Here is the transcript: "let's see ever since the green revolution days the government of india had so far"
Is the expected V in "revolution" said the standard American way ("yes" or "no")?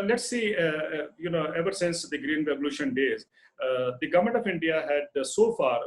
no